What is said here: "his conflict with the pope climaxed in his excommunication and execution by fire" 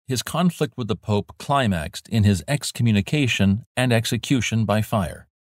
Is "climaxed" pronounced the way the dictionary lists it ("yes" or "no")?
yes